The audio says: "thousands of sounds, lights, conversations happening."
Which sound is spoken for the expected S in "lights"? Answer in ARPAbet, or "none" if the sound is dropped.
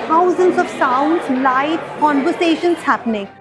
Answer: none